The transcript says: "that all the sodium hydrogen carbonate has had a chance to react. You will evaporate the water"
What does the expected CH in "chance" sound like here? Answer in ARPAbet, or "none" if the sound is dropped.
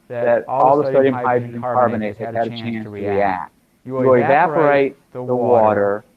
CH